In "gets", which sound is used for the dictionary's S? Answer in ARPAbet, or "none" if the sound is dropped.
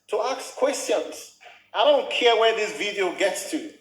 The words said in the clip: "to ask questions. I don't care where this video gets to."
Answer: S